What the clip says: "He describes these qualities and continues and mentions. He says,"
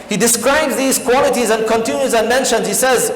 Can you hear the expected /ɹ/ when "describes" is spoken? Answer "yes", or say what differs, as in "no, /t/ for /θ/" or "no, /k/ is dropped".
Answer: yes